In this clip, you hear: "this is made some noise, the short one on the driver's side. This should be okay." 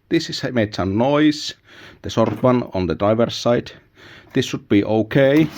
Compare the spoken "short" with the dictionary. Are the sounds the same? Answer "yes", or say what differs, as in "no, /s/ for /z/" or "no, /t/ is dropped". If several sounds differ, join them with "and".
no, /s/ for /ʃ/